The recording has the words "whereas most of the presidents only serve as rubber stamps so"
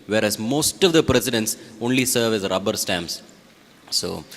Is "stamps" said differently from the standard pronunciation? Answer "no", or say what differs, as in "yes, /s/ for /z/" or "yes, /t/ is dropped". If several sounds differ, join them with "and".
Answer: yes, /p/ is dropped